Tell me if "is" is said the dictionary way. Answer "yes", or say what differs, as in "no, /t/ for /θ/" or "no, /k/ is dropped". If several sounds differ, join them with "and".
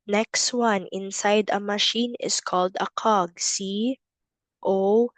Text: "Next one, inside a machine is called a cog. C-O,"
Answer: no, /s/ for /z/